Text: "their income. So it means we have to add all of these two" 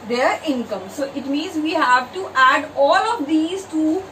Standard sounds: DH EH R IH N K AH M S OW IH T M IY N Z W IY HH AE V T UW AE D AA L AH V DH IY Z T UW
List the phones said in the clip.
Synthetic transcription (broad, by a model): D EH R IH N K AH M S OW IH T M IY N Z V IY HH AE V T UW AE D AA L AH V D IY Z T UW